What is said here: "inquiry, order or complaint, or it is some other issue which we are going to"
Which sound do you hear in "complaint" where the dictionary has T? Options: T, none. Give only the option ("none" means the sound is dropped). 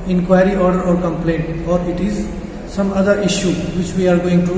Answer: T